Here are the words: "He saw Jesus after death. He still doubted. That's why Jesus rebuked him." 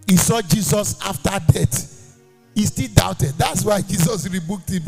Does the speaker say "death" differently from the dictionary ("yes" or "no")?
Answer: yes